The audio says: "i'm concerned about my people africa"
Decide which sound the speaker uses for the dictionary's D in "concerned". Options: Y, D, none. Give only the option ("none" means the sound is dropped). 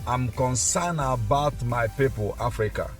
none